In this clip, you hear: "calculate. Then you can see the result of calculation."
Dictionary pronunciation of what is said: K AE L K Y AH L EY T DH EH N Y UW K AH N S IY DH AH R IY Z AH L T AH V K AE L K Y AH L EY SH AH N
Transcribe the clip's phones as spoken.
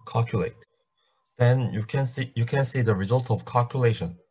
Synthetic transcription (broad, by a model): K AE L K Y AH L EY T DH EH N Y UW K AH N S IY DH AH R IY Z AH L T AH V K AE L K Y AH L EY SH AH N